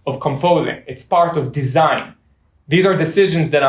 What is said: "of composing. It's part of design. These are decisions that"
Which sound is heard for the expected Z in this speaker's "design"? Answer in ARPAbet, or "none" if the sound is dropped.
Z